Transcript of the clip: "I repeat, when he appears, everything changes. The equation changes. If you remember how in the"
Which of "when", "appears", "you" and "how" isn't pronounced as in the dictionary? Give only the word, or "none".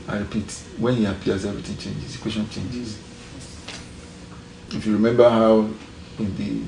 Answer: appears